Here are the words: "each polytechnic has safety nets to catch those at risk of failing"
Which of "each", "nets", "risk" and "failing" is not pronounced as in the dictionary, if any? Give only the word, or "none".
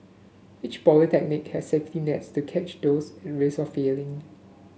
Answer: risk